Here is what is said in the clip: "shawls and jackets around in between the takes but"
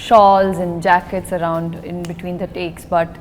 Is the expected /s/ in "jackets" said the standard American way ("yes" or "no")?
yes